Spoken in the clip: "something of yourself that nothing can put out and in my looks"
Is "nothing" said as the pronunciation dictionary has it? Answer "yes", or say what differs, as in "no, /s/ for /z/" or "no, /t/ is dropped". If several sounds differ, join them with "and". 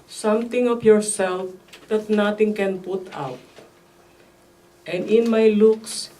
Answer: no, /t/ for /θ/